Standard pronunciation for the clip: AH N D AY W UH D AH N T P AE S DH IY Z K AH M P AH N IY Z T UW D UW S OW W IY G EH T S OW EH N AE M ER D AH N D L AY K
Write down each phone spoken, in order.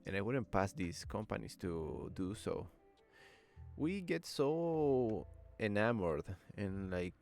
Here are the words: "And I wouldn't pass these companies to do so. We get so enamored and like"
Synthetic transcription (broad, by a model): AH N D AY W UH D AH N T P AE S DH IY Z K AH M P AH N IY S T UW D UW S OW W IY G EH T S OW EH N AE M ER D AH N L AY K